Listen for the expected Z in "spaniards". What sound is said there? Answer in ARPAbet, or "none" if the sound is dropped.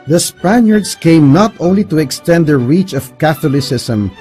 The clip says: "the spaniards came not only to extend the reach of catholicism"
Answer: S